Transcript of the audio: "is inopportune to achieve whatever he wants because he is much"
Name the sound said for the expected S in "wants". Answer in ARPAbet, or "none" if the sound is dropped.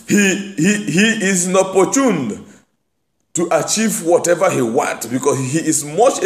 none